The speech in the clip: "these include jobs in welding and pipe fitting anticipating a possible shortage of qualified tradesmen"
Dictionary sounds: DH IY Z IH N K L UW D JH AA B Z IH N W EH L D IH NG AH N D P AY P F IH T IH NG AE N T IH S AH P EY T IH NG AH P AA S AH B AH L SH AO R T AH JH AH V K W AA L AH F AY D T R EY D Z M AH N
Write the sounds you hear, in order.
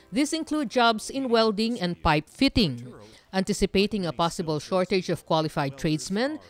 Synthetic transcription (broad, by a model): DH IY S IH N K L UW D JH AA B S IH N W EH L D IH NG AH N D P AY P F IH T IH NG AE N T IH S AH P EY T IH NG AH P AA S AH B AH L SH AO R T AH JH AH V K W AA L AH F AY D T R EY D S M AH N